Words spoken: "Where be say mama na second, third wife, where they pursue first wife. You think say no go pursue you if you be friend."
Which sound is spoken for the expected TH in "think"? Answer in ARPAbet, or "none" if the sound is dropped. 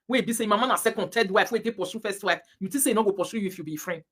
T